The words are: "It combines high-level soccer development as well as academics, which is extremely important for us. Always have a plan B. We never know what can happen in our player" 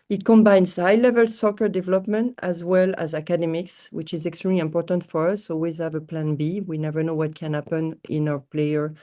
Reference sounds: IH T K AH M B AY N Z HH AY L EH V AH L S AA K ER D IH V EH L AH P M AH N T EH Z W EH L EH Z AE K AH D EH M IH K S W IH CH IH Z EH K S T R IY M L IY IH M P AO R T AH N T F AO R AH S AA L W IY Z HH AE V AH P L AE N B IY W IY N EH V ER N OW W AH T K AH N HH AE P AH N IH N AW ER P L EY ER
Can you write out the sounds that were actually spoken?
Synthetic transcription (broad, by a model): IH T K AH M B AY N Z HH AY L EH V AH L S AA K ER D IH V EH L AH P M AH N T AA Z W EH L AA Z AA K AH D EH M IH K S W IH CH IH Z EH K S T R IY M L IY IH M P AO R T AH N T F AO R AH S AA L W IY Z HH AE V AH P L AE N B IY W IY N EH V ER N OW W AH T K AH N HH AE P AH N IH N AW ER P L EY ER